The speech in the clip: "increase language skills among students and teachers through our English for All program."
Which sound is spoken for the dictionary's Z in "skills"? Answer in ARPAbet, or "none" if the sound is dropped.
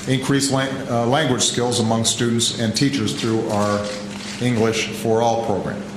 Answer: Z